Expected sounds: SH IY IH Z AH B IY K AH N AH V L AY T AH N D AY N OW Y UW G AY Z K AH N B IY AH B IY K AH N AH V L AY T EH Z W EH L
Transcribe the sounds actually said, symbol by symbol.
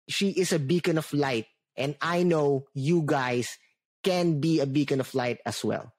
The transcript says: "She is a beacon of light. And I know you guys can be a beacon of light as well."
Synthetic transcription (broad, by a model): SH IY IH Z AH B IY K AH N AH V L AY T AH N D AY N OW Y UW G AY S K AH N B IY AH B IY K AH N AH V L AY T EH S W EH L